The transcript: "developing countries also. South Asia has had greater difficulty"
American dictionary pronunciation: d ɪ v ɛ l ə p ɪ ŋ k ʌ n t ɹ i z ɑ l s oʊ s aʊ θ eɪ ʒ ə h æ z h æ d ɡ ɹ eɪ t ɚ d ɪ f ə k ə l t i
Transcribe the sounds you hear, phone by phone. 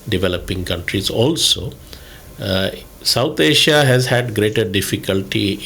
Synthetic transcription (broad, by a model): d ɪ v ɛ l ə p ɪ ŋ k ʌ n t ɹ i z ɑ l s oʊ s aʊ t eɪ ʃ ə h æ z h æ d ɡ ɹ eɪ t ɚ d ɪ f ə k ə l t i